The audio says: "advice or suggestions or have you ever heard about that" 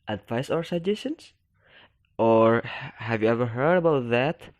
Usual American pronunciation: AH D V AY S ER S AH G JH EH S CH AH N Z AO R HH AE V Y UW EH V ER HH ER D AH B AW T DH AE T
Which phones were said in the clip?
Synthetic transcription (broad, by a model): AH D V AY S ER S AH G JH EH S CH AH N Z AO R HH AE V Y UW EH V ER HH ER D AH B AW T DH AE T